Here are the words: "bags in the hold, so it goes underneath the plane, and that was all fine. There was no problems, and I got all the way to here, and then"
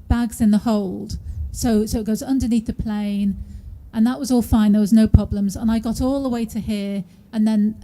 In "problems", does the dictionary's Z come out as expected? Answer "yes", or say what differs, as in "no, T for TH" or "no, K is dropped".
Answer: yes